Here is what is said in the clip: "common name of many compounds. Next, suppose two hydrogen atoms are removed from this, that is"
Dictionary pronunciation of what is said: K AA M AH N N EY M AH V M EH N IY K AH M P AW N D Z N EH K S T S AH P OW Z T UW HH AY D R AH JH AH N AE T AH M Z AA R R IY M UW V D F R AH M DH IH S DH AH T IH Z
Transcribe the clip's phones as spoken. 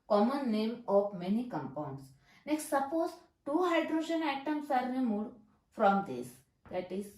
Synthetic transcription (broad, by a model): K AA M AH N N EY M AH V M EH N IY K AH M P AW N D S N EH K S T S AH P OW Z T UW HH AY D R AH JH AH N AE T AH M S AA R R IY M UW D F R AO M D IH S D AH T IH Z